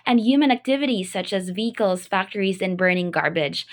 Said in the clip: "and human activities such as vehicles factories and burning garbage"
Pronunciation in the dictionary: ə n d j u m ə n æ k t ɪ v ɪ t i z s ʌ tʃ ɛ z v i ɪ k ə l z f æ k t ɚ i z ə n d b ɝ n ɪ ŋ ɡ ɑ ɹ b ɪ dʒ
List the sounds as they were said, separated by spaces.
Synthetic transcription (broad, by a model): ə n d j u m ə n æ k t ɪ v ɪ t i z s ʌ tʃ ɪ z v i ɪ k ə l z f æ k t ɚ i z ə n b ɝ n ɪ ŋ ɡ ɑ ɹ b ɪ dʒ